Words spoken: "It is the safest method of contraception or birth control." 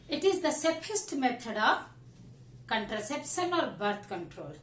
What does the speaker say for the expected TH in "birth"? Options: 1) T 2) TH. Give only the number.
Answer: 1